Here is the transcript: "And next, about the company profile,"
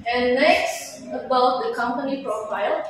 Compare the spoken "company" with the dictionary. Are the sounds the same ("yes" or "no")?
yes